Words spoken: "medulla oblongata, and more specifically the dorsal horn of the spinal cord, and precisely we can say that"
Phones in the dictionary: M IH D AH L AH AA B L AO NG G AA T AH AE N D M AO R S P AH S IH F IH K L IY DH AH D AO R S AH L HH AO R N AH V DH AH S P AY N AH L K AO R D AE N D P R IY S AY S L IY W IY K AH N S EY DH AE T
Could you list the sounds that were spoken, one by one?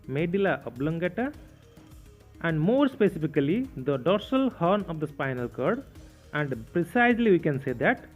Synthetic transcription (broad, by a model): M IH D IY L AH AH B L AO NG G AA T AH AE N D M AO R S P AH S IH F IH K L IY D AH D AO R S AH L HH AO R N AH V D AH S P AY N AH L K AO R D AE N D P R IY S AY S L IY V IY K AH N S EY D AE T